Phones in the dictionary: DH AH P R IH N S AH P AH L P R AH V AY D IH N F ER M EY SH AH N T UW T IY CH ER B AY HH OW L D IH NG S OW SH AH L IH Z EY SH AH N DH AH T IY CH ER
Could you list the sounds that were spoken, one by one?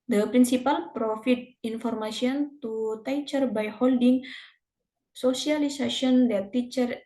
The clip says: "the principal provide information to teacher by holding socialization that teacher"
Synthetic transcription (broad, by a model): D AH P R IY N S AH P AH L P R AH F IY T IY N F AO M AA S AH N T UW T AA CH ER B AY HH OW L D IH NG S OW S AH L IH S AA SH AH N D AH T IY CH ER